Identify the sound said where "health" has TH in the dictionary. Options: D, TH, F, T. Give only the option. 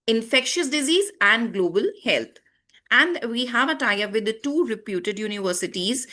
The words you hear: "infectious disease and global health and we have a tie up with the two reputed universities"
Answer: T